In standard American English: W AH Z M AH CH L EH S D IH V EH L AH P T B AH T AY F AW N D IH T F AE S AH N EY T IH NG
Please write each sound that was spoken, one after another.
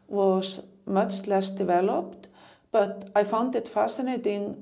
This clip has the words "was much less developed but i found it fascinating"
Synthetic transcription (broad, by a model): W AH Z M AH CH L EH S D IH V EH L AH P T B AH T AY F AW N D IH T F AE S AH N EY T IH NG